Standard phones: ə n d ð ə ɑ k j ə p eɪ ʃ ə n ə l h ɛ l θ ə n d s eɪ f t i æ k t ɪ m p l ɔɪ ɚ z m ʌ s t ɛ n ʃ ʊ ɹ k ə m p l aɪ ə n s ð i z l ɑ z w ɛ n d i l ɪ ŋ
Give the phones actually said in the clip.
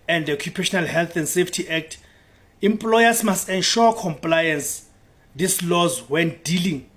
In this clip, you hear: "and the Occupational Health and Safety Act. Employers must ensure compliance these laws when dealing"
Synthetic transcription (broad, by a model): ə n d ɑ k j ə p eɪ ʃ ə n ə l h ɛ l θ ə n d s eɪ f t i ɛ k t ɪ m p l ɔɪ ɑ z m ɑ s t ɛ n ʃ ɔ k ə m p l aɪ ə n s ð i s l ɑ z w ɛ n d i l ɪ ŋ